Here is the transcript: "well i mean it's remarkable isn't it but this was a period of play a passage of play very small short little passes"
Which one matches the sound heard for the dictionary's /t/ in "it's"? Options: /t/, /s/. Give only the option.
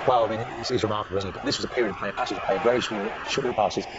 /s/